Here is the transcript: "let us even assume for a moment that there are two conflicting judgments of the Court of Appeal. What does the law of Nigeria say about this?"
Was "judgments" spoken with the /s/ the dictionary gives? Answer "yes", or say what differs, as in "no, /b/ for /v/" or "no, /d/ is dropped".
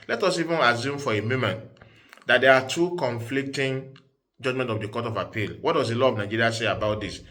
no, /s/ is dropped